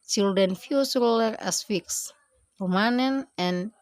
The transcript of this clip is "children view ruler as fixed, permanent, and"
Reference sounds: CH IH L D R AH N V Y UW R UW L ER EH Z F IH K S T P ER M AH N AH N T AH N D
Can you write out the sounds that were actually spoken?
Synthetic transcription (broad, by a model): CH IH L D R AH N F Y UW R UW L ER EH S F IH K S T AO M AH N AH N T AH N